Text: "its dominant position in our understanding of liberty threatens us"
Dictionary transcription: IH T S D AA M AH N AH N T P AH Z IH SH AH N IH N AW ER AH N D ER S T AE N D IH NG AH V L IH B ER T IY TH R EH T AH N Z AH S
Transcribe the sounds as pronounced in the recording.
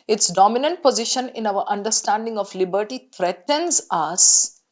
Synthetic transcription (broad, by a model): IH T S D AA M AH N AH N T P AH Z IH SH AH N IH N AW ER AH N D ER S T AE N D IH NG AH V L IH B ER T IY T R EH T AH N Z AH S